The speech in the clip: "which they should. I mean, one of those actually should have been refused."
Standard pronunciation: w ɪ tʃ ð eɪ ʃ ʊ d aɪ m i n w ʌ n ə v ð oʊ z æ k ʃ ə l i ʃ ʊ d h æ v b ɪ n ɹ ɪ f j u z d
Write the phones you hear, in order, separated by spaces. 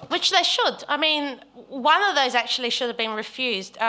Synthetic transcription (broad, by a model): w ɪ tʃ ð eɪ ʃ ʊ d aɪ m i n w ʌ n ə v ð oʊ z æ k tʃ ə l i ʃ ʊ d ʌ v b ɪ n ɹ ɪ f j u z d